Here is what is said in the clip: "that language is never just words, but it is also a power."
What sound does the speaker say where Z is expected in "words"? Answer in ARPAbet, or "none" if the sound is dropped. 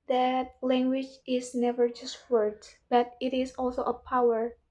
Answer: none